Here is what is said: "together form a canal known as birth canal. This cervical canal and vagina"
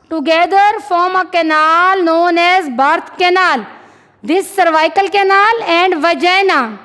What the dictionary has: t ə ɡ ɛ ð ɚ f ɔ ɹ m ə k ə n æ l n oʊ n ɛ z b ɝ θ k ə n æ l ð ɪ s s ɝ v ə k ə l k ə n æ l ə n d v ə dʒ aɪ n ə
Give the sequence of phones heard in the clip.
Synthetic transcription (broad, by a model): t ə ɡ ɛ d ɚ f ɔ ɹ m ə k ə n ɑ l n oʊ n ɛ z b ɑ t k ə n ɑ l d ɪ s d v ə k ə l k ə n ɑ l ə n d v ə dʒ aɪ n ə